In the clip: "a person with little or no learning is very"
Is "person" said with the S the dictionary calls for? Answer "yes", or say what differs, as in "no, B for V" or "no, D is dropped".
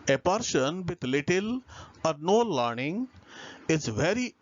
no, SH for S